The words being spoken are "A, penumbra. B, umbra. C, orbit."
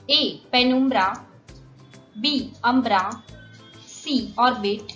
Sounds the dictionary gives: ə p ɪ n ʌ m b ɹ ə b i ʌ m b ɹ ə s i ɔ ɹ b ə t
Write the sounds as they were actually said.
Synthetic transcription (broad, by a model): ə p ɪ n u m b ɹ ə b i ʌ m b ɹ ə s i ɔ ɹ b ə t